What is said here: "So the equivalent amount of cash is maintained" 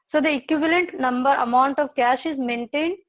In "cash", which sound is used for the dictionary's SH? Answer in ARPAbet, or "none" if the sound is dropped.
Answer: SH